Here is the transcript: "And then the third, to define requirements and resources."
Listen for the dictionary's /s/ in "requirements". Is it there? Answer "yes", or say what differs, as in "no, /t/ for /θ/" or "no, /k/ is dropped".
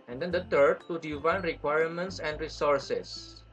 yes